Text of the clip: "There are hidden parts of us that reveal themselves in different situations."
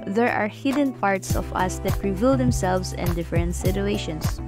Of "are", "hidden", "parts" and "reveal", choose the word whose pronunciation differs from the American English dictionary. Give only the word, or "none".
none